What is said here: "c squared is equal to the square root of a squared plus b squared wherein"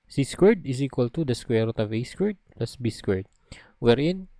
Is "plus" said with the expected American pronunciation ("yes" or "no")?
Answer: yes